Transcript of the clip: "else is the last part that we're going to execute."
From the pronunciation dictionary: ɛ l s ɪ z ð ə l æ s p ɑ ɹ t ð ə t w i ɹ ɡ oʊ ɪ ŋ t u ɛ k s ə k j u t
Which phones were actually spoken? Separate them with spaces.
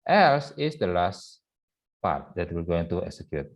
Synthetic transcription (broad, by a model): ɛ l s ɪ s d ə l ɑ s p ɑ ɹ t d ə t w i l ɡ oʊ ɪ ŋ t u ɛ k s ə k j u t